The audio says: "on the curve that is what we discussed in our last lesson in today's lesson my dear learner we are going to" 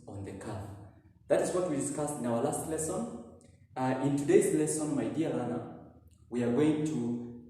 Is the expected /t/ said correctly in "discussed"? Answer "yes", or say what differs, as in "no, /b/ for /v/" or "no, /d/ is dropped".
yes